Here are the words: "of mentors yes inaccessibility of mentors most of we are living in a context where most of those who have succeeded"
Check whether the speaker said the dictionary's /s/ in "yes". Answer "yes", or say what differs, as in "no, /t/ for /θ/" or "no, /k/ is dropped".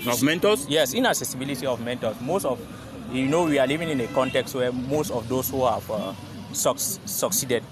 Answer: yes